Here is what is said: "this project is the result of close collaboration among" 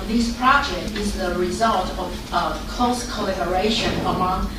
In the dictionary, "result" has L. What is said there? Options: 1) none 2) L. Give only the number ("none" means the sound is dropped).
2